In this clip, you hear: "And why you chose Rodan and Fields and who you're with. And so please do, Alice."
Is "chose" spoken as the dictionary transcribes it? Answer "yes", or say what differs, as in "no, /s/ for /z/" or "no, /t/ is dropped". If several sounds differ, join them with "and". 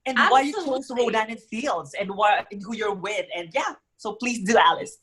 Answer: no, /s/ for /z/